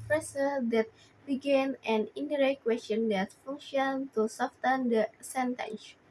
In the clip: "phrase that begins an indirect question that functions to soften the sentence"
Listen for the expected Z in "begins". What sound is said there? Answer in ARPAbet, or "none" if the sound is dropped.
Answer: none